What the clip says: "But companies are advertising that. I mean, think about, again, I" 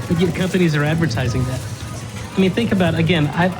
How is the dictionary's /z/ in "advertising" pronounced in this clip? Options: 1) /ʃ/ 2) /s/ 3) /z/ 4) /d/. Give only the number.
3